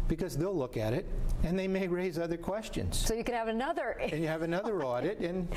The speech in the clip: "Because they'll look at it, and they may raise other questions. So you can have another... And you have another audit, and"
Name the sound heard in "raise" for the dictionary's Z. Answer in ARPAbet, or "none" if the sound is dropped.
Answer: Z